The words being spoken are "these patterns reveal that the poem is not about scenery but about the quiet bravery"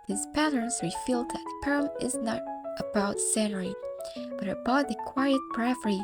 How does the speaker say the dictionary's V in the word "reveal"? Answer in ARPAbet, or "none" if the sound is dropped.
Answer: F